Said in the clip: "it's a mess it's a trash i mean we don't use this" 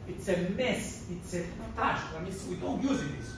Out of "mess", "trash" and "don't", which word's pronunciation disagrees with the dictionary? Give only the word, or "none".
trash